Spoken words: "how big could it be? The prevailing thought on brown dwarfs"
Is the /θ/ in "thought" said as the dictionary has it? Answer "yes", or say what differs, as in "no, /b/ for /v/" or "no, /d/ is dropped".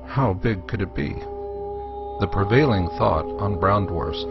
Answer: yes